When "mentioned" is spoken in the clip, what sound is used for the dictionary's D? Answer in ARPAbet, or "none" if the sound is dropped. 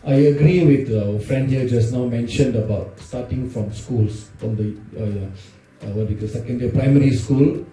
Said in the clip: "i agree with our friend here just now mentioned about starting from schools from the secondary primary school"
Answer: D